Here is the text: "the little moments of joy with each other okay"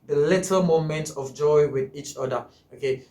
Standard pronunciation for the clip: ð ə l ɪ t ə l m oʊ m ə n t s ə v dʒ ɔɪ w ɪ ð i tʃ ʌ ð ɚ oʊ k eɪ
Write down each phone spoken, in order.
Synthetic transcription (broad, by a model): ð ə l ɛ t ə m oʊ m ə n t ə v dʒ ɔɪ w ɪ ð i tʃ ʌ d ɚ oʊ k eɪ